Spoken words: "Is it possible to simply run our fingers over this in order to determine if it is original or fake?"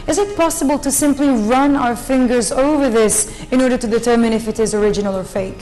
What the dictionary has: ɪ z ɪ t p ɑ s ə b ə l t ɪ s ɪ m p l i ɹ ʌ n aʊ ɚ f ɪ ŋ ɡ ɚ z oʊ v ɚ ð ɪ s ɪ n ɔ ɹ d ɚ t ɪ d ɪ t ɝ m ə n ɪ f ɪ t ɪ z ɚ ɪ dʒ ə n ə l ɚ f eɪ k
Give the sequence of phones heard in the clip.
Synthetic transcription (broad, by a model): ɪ z ɪ t p ɑ s ə b ə l t ɪ s ɪ m p l i ɹ ʌ n aʊ ɚ f ɪ ŋ ɡ ɚ z oʊ v ɚ ð ɪ s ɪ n ɔ ɹ d ɚ t ɪ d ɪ t ɝ m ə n ɪ f ɪ t ɪ z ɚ ɪ dʒ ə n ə l ɚ f eɪ k